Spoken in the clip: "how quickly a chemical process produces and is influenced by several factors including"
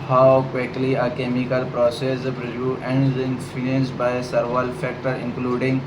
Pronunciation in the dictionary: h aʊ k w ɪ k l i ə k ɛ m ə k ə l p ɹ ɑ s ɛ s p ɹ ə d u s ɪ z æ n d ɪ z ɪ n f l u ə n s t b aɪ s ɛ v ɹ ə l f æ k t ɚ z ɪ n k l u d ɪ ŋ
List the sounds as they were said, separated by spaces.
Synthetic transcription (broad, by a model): h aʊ k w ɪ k l i ə k ɛ m ə k ə l p ɹ ɑ s ɛ s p ɹ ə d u ɪ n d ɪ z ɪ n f u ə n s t b aɪ s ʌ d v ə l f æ k t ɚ ɪ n k l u d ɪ ŋ